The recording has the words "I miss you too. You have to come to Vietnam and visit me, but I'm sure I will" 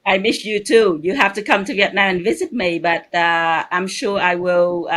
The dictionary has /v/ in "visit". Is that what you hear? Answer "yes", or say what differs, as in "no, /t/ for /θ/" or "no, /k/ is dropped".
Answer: yes